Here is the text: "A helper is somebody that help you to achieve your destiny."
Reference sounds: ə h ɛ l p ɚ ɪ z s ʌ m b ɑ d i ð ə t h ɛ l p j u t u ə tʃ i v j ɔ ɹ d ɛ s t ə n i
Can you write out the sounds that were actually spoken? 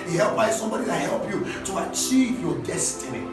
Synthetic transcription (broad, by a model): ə h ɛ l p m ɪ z s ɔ m b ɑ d i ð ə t h ɛ l p j u t u ə tʃ i v j ɔ d ɛ s t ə n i